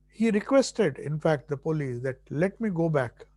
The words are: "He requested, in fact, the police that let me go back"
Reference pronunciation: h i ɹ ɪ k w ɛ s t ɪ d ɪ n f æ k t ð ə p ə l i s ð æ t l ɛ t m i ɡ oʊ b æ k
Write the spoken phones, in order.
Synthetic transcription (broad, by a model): h i ɹ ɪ k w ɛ s t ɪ d ɪ n f æ k t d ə p ə l i s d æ t l ɛ t m i ɡ oʊ b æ k